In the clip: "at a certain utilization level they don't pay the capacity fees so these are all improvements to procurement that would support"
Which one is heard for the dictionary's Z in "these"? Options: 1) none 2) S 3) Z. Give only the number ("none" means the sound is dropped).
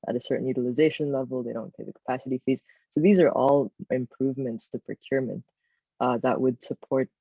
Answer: 3